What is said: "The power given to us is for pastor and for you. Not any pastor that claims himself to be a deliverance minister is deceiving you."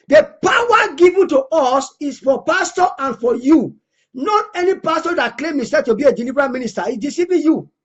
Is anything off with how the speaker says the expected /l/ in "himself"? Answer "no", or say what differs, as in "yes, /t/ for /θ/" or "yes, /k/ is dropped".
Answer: yes, /l/ is dropped